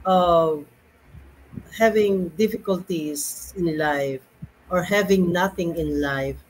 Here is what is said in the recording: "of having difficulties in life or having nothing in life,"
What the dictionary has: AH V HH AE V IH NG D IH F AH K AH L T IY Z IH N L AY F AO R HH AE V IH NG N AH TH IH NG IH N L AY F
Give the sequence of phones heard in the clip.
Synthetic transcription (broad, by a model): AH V HH AE V IH NG D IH F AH K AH L T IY S IH N L AY F AO R HH AE V IH NG N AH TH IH NG IH N L AY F